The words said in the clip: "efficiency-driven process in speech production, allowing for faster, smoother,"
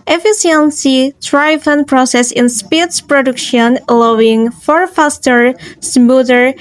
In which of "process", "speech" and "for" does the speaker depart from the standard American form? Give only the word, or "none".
speech